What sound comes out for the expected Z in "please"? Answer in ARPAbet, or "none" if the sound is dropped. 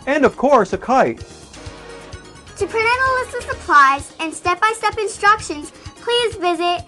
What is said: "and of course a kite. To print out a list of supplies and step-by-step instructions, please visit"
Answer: Z